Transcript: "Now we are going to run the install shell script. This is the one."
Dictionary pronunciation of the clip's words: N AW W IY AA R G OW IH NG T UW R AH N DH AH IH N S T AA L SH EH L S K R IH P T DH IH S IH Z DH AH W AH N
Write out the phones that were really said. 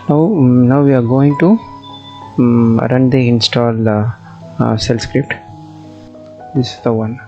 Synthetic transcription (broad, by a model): N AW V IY AA R G OW IH NG T UW R AH N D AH IH N S T AA L S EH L S K R IH P T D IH S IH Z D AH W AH N